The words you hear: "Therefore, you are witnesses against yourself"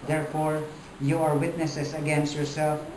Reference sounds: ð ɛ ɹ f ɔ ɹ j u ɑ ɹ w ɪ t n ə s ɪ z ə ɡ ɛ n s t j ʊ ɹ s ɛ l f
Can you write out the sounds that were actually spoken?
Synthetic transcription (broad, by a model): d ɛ ɹ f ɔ ɹ j u ɑ ɹ w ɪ t n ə s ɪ s ə ɡ ɛ n s t j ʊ ɹ s ɛ l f